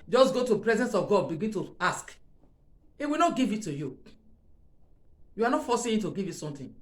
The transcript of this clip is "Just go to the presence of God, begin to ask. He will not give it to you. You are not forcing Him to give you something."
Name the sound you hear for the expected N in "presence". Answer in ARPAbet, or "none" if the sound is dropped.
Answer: N